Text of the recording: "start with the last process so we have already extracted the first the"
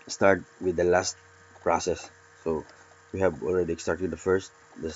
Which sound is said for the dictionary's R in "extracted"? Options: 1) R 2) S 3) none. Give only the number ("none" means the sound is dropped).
3